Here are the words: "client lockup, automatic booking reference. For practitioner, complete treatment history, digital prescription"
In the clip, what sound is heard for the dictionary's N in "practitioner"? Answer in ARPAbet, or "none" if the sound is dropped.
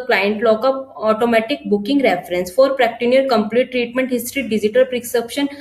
none